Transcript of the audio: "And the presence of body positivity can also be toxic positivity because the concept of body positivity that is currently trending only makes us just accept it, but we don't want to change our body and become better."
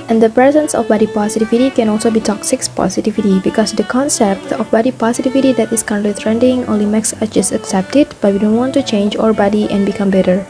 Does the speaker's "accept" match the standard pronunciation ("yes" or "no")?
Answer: yes